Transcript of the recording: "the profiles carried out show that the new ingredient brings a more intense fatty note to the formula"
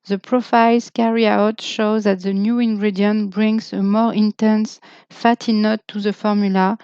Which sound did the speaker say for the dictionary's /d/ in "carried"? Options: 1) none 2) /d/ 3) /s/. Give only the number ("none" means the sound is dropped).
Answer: 1